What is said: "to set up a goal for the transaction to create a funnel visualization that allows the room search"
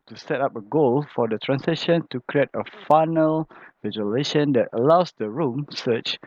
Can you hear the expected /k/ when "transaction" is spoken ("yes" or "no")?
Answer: no